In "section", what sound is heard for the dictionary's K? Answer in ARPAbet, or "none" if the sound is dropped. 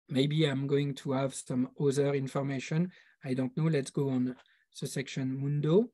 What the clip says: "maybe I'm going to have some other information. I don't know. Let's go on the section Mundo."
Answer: K